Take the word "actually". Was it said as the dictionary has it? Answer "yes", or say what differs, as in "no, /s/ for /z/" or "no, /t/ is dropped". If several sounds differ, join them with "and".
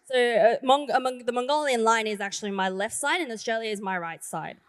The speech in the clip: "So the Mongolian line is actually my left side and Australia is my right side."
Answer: yes